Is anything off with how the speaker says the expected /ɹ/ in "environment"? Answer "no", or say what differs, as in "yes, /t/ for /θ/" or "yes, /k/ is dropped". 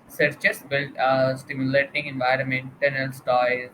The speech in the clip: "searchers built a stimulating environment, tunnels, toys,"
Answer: no